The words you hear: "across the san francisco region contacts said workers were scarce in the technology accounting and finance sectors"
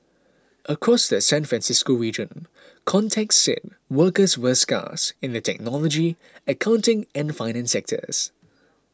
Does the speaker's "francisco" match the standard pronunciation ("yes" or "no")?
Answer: yes